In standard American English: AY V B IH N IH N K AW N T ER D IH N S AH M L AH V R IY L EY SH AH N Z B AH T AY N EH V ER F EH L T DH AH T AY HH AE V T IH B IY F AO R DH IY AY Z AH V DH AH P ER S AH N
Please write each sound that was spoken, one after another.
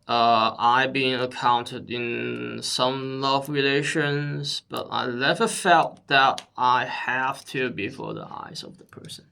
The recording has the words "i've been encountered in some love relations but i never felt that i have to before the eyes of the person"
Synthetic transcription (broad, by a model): AY B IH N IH K AW N T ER D IH N S AH M L AH V R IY L EY SH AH N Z B AH T AY L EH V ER F EH L T DH AH T AY HH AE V T IH B IY F AO R DH IY AY Z AH V DH AH P ER S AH N